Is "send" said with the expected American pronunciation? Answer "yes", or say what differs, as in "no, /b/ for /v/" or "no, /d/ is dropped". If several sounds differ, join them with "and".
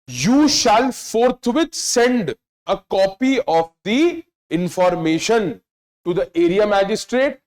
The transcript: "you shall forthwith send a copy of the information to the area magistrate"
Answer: yes